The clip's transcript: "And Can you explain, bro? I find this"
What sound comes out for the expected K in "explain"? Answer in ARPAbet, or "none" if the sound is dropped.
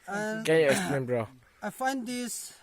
none